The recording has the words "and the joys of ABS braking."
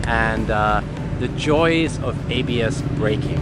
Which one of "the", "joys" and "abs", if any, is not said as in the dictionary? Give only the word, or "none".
none